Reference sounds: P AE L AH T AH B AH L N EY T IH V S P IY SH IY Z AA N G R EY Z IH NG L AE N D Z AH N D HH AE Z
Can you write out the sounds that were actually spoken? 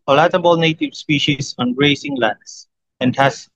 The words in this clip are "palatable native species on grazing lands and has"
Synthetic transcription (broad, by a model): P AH L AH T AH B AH L N EY T IH V S P IY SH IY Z AA N R EY S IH NG L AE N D S AH N D HH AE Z